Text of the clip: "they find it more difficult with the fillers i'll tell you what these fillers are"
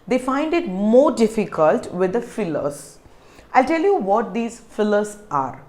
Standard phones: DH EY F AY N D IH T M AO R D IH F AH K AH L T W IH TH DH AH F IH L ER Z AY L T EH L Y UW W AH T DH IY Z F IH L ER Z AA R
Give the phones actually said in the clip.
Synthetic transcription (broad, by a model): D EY F AY N D IH T M AO R D IH F AH K AH L T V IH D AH F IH L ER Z AY L T EH L Y UW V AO T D IY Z F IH L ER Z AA R